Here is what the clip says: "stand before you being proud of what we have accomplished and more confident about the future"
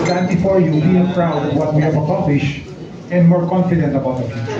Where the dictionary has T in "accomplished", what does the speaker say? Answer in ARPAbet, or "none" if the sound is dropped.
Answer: none